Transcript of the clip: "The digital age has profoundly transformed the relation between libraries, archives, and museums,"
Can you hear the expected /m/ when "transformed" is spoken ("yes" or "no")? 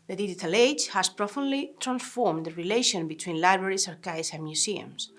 yes